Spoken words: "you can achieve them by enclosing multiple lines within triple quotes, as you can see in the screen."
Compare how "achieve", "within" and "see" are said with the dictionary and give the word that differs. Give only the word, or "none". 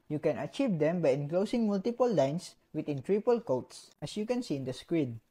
within